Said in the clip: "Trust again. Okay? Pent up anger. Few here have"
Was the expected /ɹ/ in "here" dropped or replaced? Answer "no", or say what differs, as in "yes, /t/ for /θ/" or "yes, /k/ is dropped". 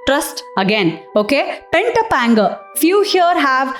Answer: no